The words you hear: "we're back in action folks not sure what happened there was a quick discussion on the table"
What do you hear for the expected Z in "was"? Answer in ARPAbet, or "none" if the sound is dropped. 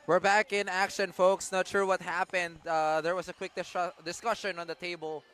S